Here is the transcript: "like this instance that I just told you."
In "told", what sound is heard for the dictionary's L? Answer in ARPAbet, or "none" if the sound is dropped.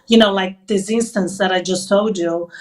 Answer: none